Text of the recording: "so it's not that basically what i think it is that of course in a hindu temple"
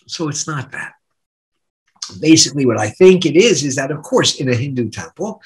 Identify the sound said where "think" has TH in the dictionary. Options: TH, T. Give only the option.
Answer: TH